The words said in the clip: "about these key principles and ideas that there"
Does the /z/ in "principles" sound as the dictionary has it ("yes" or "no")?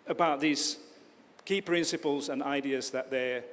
yes